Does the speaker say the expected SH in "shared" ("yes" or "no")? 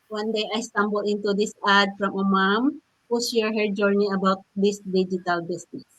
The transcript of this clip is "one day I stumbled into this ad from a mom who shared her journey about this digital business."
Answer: no